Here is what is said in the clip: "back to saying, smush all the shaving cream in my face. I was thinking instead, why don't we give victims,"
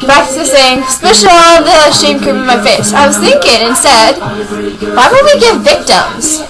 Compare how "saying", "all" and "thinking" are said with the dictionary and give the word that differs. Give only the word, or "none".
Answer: all